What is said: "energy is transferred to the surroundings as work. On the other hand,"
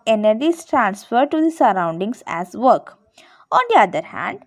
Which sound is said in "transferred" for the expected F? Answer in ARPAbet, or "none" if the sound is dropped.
F